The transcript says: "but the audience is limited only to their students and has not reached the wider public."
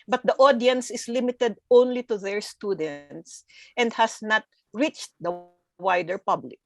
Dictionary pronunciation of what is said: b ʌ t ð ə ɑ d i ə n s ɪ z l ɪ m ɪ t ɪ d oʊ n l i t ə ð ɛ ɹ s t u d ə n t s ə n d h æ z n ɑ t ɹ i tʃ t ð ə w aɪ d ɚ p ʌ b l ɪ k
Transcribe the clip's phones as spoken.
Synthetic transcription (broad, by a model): b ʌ t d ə ɑ d i ə n s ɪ s l ɪ m ɪ t ɪ d oʊ n l i t ə ð ɛ ɹ s t u d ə n t s ə n d h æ s n ɑ t ɹ i tʃ t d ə w aɪ d ɚ p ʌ b l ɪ k